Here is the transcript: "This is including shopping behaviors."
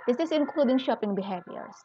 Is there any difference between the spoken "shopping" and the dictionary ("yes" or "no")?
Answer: no